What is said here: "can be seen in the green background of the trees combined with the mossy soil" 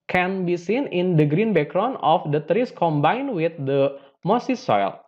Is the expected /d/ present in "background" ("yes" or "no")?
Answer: no